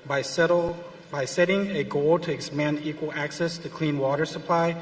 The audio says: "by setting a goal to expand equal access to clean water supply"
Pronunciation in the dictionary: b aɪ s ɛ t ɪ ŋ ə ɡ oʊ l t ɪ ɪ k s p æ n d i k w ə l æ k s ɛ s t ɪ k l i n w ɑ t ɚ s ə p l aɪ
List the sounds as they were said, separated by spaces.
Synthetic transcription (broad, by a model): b aɪ s ɛ t ɪ ŋ ə ɡ oʊ l t ɪ ɪ k s p æ n d i k w ə l æ k s ɛ s t ɪ k l i n w ɑ t ɚ s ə p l aɪ